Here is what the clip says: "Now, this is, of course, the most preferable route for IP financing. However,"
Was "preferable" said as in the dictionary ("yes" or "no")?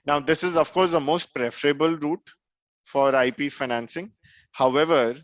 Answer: yes